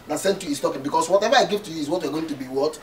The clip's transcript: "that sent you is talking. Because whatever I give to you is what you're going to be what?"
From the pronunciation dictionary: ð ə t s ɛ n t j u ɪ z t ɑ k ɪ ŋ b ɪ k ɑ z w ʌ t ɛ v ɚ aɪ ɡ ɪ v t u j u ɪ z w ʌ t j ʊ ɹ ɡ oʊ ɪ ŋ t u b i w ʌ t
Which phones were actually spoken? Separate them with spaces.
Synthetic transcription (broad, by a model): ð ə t s ɛ n t j u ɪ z t ɑ k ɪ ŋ b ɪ k ɑ s w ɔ t ɛ v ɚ aɪ ɡ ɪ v t u j u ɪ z w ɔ t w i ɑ ɡ oʊ ɪ ŋ t u b i w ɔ t